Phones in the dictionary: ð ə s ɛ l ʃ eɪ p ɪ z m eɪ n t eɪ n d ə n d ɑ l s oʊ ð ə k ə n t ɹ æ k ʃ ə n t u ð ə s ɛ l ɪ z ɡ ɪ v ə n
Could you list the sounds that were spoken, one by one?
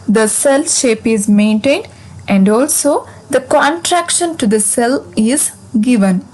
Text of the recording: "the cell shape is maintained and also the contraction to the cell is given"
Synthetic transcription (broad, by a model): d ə s ɛ l ʃ eɪ p ɪ z m eɪ n t eɪ n d ə n d ɑ l s oʊ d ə k ə n t ɹ æ k ʃ ə n t u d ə s ɛ l ɪ z ɡ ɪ v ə n